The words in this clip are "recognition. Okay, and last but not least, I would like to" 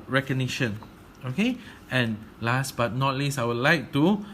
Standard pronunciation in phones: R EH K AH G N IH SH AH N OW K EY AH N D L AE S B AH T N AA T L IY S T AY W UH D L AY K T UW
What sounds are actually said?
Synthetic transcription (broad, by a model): R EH K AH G N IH SH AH N OW K EY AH N L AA S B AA T N AA T L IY S AY W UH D L AY K T UW